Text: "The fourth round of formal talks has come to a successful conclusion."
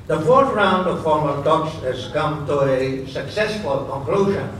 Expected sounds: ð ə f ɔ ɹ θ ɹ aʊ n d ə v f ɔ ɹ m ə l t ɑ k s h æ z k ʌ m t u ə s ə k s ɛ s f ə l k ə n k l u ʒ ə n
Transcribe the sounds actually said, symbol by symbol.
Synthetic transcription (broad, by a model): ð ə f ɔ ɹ t ɹ aʊ n d ə v f ɔ ɹ m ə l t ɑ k s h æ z k ʌ m t u ə s ə k s ɛ s f ə l k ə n k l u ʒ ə n